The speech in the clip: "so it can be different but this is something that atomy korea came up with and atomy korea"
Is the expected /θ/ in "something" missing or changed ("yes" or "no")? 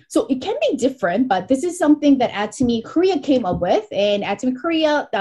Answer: no